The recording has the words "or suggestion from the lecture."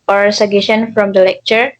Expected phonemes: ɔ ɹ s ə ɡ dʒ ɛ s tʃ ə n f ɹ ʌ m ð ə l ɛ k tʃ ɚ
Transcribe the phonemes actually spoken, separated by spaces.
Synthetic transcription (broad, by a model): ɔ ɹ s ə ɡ ɛ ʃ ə n f ɹ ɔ m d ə l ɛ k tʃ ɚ